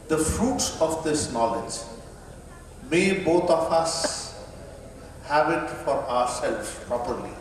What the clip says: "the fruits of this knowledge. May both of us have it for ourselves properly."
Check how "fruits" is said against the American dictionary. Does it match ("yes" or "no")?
yes